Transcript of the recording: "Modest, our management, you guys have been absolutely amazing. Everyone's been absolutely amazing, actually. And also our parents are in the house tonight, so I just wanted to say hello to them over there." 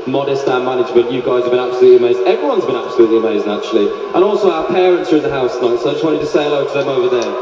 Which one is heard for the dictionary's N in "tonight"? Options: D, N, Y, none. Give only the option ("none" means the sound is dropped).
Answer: none